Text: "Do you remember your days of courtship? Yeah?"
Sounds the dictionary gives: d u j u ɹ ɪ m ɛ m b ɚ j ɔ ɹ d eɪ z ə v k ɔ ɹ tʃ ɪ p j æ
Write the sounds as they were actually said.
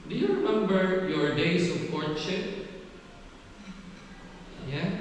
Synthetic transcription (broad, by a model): d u j u ɹ ɪ m ɛ m b ɚ j ɔ ɹ d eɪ s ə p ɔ ɹ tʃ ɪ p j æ